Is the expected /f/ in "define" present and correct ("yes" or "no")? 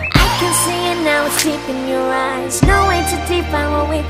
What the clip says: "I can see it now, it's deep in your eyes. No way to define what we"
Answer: no